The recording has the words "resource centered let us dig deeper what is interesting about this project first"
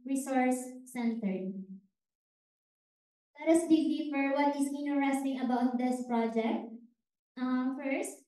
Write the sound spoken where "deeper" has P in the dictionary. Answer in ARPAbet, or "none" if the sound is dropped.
F